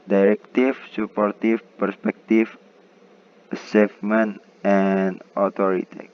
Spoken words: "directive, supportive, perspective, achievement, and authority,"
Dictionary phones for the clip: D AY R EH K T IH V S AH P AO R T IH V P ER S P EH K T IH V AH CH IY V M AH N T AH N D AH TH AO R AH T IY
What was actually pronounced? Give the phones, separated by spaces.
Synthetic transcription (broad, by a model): D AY R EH K T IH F S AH P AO R T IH F P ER S P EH K T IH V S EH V M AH N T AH N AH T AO R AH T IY